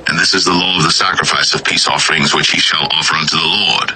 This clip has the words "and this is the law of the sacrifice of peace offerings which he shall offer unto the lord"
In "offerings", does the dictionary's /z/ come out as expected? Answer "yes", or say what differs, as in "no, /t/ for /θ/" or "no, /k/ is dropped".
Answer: yes